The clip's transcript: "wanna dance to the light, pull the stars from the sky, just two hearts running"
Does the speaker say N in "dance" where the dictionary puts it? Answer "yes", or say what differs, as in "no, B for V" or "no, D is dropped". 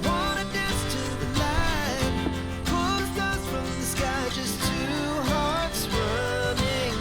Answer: no, N is dropped